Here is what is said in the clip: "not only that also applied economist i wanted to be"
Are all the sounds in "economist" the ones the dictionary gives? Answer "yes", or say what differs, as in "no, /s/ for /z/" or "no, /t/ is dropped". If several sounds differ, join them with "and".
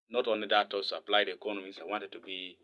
no, /t/ is dropped